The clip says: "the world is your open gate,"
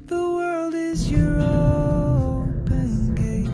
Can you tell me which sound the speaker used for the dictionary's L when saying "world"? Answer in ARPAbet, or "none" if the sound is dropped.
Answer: L